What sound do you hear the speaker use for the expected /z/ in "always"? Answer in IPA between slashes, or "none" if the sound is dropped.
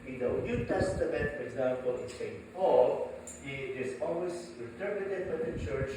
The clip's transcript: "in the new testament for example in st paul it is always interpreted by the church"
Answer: /s/